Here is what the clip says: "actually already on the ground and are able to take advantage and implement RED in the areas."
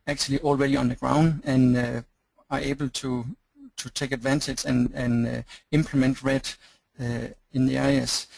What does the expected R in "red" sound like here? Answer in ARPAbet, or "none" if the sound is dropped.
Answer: R